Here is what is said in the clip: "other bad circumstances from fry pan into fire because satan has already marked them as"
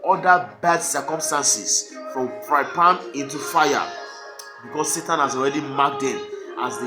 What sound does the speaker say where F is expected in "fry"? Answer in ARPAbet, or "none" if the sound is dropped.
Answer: P